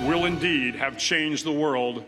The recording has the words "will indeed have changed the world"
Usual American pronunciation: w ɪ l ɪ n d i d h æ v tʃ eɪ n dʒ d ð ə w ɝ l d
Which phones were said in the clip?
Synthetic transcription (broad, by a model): w ɪ l ɪ n d i d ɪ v tʃ eɪ n dʒ ð ə w ɝ l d